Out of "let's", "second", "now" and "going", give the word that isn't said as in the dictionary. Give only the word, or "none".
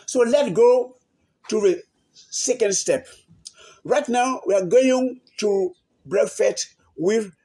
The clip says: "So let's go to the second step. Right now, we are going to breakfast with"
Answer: let's